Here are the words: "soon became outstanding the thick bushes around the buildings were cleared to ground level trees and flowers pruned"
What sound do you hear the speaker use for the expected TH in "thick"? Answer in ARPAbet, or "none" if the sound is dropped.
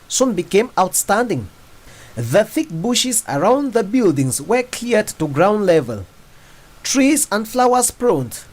TH